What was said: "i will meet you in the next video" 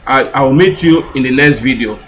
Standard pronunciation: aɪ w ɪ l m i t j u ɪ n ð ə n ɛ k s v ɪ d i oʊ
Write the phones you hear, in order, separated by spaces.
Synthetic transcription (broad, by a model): aɪ w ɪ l m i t j u ɪ n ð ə l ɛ s v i d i oʊ